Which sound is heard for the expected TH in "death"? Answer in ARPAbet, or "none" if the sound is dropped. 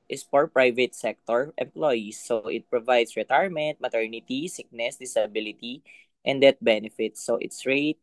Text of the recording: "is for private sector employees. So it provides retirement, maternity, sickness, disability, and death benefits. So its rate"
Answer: T